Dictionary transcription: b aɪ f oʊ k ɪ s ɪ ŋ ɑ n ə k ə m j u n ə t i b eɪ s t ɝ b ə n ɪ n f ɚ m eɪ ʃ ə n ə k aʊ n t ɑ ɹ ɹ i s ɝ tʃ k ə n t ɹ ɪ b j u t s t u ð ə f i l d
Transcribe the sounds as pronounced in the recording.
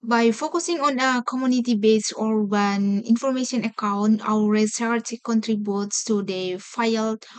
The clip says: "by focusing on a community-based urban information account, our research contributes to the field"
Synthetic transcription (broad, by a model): b aɪ f oʊ k ɪ s ɪ ŋ ɑ n ə k ə m j u n ə t i b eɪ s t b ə n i n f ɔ m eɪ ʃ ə n ə k aʊ n t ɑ w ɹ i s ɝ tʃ k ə n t ɹ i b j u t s t u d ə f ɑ l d